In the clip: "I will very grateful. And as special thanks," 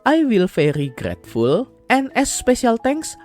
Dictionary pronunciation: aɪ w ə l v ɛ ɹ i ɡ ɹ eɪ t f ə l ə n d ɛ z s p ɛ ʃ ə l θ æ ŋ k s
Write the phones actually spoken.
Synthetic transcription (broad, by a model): aɪ w ə l f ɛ ɹ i ɡ ɹ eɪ t f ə l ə n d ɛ s p ɛ ʃ ə l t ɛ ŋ k s